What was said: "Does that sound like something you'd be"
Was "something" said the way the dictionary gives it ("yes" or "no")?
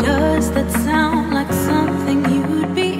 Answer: yes